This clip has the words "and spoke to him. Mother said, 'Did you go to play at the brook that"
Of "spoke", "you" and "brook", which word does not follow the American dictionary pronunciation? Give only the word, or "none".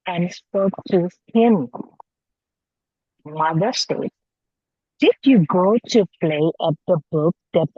brook